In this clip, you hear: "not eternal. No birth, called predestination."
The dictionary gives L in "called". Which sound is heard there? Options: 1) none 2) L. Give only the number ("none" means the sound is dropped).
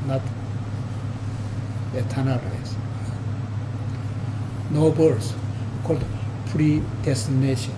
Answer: 2